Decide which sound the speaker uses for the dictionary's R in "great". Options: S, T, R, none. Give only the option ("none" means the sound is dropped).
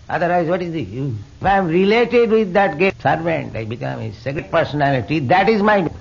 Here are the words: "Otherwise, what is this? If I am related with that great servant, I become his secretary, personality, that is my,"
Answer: none